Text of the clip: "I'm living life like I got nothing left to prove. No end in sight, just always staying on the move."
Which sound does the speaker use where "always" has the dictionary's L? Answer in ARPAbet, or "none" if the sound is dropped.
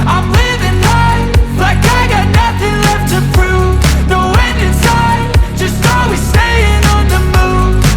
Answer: none